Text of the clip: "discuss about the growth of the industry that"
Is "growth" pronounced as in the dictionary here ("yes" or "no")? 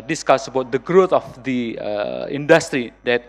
no